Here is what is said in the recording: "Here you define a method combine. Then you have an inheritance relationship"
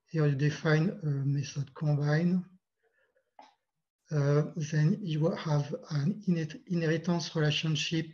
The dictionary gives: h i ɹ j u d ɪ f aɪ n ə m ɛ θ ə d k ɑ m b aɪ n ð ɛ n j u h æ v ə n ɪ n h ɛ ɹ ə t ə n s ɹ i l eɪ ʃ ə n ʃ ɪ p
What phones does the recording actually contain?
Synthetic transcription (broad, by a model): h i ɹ j u d ɪ f aɪ n ə m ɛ s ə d k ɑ b aɪ n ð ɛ n j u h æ v ə n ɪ n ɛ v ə t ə s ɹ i l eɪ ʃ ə n ʃ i p